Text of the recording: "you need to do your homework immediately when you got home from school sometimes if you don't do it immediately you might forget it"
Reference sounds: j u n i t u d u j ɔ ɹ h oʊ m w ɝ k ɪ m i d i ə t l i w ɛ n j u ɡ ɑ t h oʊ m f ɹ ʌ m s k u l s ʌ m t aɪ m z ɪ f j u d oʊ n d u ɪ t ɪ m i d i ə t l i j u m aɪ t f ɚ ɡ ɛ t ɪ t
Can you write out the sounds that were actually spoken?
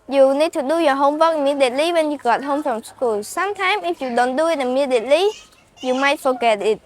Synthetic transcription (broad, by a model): j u n i t u d u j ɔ h oʊ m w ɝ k m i d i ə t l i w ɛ n j u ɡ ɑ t h oʊ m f ɹ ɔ m s k u l s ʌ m t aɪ m ɪ f j u d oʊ n d u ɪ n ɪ m i d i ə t l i j u m aɪ t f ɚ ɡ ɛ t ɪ t